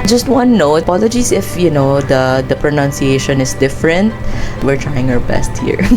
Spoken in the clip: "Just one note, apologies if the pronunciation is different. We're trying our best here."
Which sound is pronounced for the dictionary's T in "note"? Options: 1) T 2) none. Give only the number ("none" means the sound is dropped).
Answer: 2